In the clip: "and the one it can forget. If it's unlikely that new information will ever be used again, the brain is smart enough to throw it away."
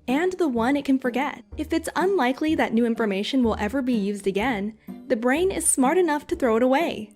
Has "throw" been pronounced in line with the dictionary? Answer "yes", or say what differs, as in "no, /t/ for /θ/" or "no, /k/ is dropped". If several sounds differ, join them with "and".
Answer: yes